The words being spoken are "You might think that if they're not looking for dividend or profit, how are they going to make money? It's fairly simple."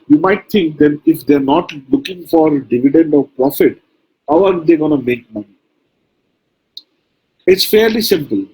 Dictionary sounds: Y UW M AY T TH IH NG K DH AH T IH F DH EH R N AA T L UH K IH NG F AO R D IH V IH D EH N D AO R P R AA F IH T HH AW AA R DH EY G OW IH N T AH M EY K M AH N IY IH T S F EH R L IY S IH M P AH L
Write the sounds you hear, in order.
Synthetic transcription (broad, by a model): Y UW M AY T T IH NG K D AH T IH F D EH R N AA T L UH K IH NG F AO R D IH V IH D EH N D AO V P R AA F IH T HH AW AA R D EY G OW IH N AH M EY K M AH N IY IH T S F EH R L IY S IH M P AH L